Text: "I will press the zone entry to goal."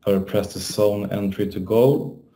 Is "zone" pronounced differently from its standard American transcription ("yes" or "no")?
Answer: yes